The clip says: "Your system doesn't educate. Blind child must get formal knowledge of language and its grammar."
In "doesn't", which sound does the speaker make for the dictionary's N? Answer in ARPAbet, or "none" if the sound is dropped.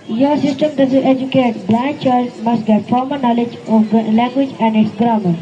none